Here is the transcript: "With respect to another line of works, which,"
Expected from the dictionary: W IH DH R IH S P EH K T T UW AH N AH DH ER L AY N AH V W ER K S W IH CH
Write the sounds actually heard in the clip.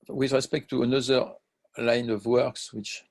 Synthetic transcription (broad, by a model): W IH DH R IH S P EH K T T UW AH N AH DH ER L AY N AH V W ER K S W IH CH